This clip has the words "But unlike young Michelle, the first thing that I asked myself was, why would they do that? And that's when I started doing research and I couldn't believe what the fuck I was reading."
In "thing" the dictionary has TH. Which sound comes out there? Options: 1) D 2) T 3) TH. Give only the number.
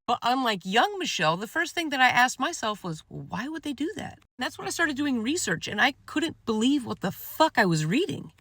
3